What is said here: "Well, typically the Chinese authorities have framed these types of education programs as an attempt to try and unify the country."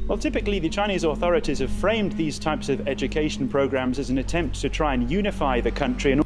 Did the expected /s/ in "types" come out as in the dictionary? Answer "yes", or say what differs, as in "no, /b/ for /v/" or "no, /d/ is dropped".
yes